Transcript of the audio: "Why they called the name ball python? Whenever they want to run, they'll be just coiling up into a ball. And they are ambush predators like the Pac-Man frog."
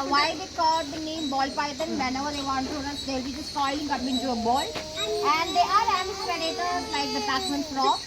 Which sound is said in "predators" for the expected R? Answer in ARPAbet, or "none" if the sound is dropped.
none